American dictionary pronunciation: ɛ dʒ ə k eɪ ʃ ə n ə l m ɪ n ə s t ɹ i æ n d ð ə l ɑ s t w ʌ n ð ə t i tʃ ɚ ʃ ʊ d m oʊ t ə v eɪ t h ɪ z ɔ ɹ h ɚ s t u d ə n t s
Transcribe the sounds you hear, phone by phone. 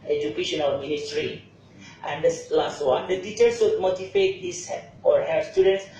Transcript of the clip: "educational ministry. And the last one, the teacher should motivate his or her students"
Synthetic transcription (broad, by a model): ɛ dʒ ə k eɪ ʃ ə n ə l m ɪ n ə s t ɹ i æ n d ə l ɑ s t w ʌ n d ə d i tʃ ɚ s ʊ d m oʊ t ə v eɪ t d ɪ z ɔ ɹ h ɚ s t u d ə n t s